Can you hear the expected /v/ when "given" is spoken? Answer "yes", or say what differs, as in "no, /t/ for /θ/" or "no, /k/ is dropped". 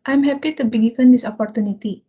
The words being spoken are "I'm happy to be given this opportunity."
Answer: no, /p/ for /v/